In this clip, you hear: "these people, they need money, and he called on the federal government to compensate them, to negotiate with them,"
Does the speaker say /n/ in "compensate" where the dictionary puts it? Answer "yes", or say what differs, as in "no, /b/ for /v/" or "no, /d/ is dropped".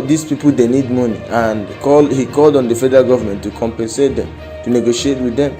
yes